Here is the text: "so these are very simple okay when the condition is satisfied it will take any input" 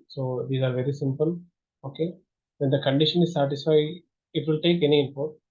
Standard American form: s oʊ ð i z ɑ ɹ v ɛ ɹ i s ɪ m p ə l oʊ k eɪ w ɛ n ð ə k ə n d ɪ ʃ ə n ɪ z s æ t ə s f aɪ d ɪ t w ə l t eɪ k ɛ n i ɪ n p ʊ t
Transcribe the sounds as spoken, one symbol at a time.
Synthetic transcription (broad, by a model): s oʊ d i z ɑ ɹ v ɛ ɹ i s ɪ m p ə l oʊ k eɪ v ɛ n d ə k ə n d ɪ ʃ ə n ɪ z s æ t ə s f aɪ ɪ t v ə l t eɪ k ɛ n i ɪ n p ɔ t